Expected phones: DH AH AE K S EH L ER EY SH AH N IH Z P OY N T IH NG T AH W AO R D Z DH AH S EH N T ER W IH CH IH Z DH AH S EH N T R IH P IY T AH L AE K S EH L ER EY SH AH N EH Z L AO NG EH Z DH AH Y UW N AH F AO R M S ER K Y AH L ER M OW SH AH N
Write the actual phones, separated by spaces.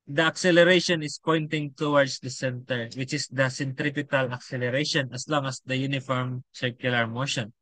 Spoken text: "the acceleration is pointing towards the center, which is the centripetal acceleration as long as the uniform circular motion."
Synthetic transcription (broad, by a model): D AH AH K S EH L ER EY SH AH N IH S P OY N T IH NG T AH W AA R D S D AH S EH N T ER W IH CH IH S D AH S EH N T R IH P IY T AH L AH K S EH L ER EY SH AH N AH S L AO NG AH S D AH Y UW N AH F AO R M S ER K Y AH L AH M OW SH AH N